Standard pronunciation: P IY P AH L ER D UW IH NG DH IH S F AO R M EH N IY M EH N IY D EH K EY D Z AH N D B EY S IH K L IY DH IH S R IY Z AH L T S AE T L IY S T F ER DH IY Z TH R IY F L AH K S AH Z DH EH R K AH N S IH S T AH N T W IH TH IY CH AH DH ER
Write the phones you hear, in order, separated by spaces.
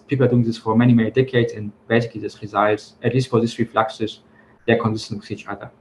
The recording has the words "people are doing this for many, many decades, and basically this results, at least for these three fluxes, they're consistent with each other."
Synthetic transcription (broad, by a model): P IY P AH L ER D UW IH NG DH IH S F AO R M EH N IY M EH N IY D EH K EY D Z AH N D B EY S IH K IY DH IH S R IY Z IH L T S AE T L IY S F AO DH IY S R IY F L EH K S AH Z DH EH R K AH N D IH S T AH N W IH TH IY CH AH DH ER